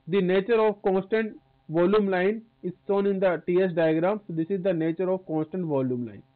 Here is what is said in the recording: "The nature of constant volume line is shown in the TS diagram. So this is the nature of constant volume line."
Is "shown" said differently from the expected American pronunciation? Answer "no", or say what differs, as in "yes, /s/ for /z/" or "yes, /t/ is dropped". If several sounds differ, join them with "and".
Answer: yes, /s/ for /ʃ/